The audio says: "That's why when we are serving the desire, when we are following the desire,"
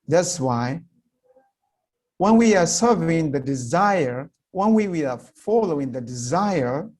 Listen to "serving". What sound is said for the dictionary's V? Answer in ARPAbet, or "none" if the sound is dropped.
V